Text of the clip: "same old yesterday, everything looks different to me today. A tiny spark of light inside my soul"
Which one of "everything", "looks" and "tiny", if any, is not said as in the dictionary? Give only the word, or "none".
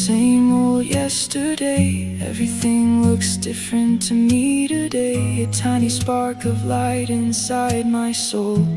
none